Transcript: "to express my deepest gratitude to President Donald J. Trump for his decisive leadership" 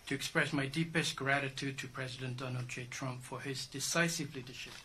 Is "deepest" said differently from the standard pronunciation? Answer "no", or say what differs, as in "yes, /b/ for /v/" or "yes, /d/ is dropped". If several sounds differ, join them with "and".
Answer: no